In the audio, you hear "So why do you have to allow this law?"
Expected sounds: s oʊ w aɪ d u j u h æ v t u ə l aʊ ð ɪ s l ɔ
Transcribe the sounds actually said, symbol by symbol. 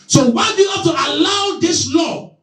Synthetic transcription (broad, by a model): s oʊ w aɪ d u j u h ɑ f t u ə l aʊ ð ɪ s l ɔ